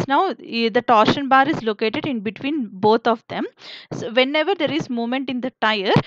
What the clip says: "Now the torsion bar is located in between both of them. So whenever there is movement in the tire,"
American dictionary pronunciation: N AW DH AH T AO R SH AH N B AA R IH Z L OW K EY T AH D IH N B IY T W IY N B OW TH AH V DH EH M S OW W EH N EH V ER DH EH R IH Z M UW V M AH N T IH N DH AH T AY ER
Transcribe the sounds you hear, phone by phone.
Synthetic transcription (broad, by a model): N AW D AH T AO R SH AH N B AA R IH Z L OW K EY T AH D IH N B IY T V IY N B OW T AH V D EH M S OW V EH N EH V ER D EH R IH Z M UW M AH N T IH N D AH T AY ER